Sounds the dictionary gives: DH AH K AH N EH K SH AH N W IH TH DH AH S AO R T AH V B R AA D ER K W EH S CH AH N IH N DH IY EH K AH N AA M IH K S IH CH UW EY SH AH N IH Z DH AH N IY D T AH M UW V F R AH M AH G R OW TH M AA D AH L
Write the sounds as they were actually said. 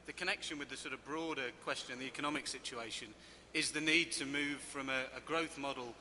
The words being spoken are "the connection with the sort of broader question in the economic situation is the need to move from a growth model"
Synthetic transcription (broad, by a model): DH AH K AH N EH K SH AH N W IH DH AH S AO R T AH V B R AA D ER K W EH S CH AH N N DH IY EH K AH N AA M IH K S IH CH UW EY SH AH N IH Z DH AH N IY D T AH M UW V F R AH M AH G R OW TH M AA D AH L